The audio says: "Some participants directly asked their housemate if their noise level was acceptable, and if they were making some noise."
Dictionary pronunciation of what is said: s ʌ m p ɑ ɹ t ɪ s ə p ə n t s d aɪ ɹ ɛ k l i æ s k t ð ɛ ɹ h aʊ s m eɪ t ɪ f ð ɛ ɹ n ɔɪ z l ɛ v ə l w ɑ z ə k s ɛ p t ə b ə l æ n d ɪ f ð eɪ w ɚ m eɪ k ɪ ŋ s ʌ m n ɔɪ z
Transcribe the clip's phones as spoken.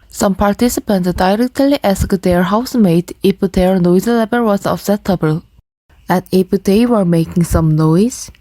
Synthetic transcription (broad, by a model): s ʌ m p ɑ ɹ t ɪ s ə p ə n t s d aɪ ɹ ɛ k l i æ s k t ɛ ɹ h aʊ s m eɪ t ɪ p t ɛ ɹ n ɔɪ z l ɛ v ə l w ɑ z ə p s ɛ t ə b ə l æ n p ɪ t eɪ w ɚ m eɪ k ɪ ŋ s ʌ m n ɔɪ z